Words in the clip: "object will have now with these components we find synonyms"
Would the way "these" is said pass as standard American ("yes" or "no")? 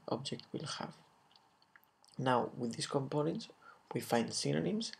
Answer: no